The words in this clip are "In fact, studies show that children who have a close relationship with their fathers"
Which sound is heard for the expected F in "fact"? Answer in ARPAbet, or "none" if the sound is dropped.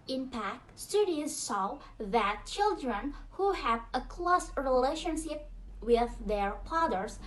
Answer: P